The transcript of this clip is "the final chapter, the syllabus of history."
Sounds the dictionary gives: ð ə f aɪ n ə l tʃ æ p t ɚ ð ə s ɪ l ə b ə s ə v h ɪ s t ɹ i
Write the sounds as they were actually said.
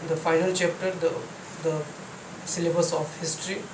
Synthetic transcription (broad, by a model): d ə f aɪ n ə l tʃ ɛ p t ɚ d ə s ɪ l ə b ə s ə p h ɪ s t ɹ i